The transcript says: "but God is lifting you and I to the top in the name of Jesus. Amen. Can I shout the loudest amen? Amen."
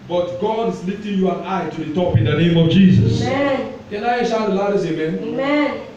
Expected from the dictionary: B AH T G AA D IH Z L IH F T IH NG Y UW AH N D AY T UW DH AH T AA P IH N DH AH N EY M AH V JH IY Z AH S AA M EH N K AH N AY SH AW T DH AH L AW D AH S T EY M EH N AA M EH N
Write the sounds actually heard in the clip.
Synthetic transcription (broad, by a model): B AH T G AA D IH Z L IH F T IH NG Y UW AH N AY T UW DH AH T AA P IH N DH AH N EY M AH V JH IY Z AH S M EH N K AH N AY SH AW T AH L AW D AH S EY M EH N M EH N